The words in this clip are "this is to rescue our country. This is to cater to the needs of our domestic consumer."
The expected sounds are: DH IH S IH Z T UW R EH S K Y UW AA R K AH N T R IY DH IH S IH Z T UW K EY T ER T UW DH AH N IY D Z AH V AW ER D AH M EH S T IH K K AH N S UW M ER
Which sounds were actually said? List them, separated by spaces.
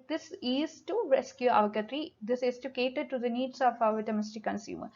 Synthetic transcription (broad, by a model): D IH S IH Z T UW R EH S K Y UW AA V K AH T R IY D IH S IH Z T UW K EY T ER T UW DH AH N IY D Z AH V AW ER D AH M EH S T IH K K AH N S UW M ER